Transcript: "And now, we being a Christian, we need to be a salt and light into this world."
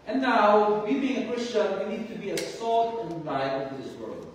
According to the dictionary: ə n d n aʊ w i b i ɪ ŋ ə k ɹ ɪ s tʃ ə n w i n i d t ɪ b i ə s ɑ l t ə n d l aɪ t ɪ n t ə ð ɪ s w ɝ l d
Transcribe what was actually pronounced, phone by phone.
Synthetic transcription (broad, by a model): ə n n aʊ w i b i ɪ ŋ ə k ɹ ɪ s tʃ ə n w i n i d t ɪ b i ə s ɑ l t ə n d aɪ ɪ t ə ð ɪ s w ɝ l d